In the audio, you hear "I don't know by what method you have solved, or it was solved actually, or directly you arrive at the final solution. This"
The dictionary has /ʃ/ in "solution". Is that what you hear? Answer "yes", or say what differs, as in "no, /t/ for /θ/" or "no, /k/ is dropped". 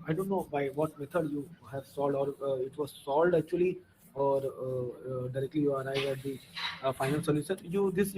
no, /s/ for /ʃ/